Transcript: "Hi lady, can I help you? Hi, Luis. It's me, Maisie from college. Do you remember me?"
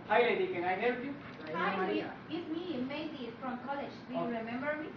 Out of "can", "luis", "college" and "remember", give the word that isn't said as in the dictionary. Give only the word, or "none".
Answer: luis